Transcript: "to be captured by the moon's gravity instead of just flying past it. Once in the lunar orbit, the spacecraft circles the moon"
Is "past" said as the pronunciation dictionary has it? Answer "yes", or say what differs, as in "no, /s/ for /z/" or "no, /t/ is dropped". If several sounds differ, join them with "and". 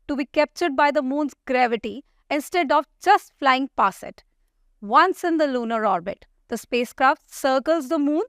no, /t/ is dropped